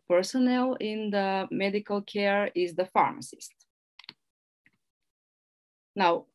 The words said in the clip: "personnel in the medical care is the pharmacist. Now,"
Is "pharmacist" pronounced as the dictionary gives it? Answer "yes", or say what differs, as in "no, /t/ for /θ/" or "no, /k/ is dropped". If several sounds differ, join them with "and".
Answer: yes